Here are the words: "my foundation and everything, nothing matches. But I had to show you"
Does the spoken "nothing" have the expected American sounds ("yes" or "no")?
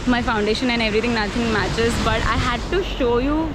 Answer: no